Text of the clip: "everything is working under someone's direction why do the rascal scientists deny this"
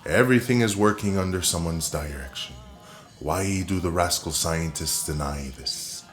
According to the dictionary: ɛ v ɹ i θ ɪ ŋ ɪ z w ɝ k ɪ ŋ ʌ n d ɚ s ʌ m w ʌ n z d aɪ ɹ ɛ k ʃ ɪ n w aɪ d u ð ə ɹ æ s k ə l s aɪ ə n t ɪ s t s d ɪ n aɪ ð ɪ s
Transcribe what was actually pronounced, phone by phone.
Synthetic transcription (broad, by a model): ɛ v ɹ i θ ɪ ŋ ɪ z w ɝ k ɪ ŋ ʌ n d ɚ s ʌ m w ʌ n z d aɪ ɹ ɛ k ʃ ɪ n w aɪ d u ð ə ɹ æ s k l s aɪ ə n t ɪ s t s d ɪ n aɪ ð ɪ s